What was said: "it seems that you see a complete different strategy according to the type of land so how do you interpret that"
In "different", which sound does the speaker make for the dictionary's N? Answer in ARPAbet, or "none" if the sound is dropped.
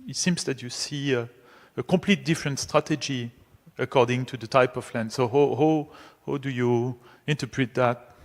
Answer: N